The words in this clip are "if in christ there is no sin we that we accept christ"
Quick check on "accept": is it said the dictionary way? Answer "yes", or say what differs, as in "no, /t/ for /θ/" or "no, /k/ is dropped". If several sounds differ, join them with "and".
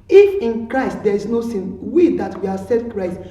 no, /k/ is dropped